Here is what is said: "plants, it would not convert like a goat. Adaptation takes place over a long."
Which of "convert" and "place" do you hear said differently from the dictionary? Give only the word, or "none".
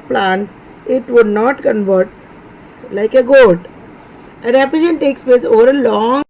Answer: place